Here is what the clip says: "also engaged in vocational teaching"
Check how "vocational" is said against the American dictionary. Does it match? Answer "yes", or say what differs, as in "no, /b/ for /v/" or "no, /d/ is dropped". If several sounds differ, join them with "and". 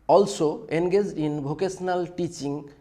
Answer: no, /b/ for /v/ and /s/ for /ʃ/